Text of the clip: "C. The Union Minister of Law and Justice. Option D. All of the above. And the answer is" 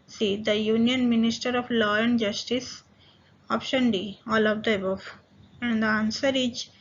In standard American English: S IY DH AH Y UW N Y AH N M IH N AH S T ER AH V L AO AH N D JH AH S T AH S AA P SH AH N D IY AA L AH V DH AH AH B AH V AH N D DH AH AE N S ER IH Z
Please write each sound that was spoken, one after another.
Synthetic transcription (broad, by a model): S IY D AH Y UW N Y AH N M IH N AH S T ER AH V L AO AH N D JH AH S T AH S AA P SH AH N D IY AA L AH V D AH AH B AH F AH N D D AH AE N S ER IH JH